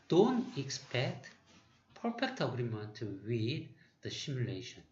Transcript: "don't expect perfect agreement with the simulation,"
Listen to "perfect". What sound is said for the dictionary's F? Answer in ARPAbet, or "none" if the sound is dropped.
P